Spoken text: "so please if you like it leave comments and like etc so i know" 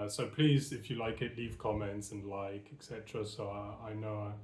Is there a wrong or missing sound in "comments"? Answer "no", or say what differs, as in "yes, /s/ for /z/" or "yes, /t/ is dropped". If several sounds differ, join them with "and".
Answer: no